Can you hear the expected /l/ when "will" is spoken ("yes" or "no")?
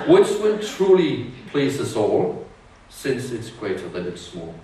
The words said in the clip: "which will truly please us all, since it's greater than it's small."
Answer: no